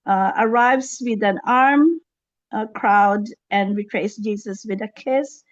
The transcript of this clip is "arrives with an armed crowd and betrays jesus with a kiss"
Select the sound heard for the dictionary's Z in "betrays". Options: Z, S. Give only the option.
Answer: S